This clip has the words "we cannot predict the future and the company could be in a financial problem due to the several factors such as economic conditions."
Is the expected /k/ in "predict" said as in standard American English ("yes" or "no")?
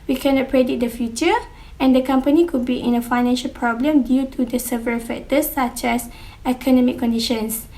no